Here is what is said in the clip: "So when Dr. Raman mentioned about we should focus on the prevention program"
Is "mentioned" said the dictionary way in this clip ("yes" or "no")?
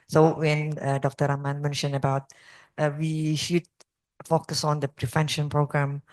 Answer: no